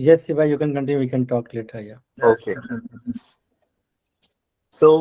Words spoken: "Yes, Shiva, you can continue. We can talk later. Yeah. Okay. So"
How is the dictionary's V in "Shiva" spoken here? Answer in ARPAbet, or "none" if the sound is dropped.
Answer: B